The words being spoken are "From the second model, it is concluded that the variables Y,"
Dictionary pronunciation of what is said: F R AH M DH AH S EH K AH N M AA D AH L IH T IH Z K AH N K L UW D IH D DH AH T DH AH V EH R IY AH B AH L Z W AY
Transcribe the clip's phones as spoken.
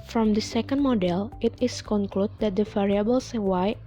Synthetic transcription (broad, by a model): F R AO M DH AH S EH K AH N M AA D AH L IH T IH S K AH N K L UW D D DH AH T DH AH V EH R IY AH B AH L S W AY